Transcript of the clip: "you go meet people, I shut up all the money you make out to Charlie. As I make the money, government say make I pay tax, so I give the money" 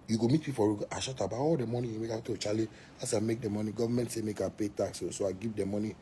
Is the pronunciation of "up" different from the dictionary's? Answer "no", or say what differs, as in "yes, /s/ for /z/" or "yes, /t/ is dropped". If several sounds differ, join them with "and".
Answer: yes, /b/ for /p/